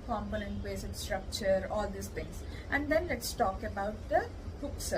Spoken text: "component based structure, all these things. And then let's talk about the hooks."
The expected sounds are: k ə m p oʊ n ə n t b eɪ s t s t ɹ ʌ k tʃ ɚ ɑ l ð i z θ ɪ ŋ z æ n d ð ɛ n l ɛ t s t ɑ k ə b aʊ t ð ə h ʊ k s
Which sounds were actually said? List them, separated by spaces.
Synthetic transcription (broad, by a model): k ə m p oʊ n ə n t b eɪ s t s t ɹ ʌ k tʃ ɚ ɑ l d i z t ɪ ŋ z æ n d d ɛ n l ɛ t s t ɑ k ə b aʊ t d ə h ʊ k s